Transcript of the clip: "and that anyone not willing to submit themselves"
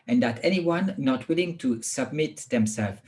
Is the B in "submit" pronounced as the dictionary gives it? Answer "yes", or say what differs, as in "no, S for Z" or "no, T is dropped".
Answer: yes